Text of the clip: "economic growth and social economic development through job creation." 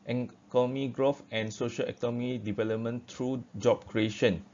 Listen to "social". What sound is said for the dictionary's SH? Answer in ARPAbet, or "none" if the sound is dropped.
SH